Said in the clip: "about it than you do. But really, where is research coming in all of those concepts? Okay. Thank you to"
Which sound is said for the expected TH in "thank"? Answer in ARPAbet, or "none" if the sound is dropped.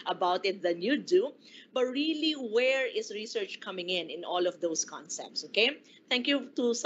T